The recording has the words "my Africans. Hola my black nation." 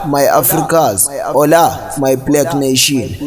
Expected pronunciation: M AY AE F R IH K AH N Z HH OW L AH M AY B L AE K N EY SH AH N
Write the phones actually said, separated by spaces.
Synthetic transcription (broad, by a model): M AY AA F R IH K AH Z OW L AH M AY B L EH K N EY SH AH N